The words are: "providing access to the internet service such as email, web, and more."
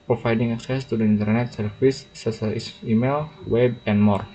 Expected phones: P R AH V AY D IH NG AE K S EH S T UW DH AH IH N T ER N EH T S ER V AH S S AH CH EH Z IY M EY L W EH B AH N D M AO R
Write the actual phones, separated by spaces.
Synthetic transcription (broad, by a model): P R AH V AY D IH NG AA K S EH S T UW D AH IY N T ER N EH T S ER F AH S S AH IY S IY M EY L W EH B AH N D M AO R